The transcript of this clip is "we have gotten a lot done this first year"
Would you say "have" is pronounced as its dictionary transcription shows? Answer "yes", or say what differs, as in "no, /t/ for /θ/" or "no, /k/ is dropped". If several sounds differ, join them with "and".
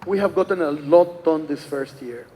yes